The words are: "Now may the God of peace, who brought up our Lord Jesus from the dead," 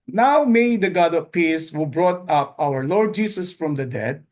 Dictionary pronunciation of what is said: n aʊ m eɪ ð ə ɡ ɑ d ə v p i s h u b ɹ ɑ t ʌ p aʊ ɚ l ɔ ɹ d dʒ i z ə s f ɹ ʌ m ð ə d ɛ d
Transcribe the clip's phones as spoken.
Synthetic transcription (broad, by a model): n aʊ m eɪ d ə ɡ ɑ d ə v p i s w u b ɹ ɑ t ʌ p aʊ ɚ l ɔ ɹ d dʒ i s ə s f ɹ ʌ m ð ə d ɛ d